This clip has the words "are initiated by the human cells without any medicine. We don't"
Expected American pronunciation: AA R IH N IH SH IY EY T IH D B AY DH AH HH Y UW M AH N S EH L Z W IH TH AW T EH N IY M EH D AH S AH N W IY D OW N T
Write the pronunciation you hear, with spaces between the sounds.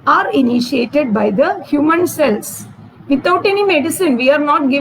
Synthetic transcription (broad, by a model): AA R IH N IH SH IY EY T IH D B AY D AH HH Y UW M AH N S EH L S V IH T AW T EH N IY M EH D AH S AH N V IY D N T